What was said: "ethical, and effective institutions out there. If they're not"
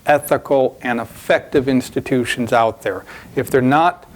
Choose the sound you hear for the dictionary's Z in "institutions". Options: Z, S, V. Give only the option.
Z